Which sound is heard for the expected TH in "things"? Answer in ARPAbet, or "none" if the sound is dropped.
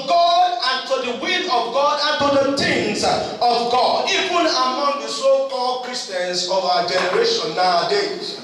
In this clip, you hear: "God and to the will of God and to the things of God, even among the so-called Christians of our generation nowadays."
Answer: T